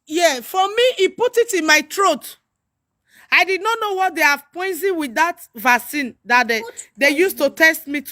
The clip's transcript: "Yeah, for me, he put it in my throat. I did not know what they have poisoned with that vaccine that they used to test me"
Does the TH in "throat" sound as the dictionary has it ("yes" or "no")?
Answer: no